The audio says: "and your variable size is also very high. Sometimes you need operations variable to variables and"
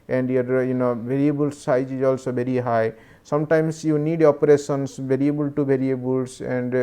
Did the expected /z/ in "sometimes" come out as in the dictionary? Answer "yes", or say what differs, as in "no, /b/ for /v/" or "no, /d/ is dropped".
no, /s/ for /z/